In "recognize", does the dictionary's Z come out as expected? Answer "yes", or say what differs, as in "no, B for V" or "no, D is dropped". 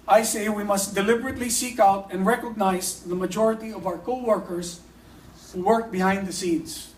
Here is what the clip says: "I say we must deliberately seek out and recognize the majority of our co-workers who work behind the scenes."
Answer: no, S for Z